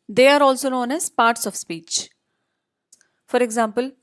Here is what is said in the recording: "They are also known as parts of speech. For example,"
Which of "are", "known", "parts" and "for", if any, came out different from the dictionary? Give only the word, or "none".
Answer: none